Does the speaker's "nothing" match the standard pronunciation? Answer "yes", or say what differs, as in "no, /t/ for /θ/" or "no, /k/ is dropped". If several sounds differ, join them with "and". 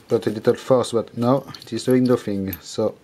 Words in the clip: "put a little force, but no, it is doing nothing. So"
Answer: no, /f/ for /θ/